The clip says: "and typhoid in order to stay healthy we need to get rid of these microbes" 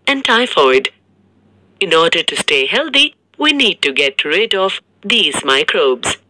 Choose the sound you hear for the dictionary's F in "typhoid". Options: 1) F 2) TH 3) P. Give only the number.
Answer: 1